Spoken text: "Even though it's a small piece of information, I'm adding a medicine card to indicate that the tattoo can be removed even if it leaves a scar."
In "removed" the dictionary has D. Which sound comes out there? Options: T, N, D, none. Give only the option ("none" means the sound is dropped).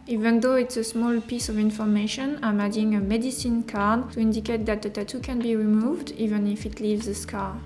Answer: D